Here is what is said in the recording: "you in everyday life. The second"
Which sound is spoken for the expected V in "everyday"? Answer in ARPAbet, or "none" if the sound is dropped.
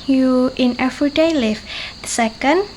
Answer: F